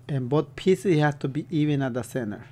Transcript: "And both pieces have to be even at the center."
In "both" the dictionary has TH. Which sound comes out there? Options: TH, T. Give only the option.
T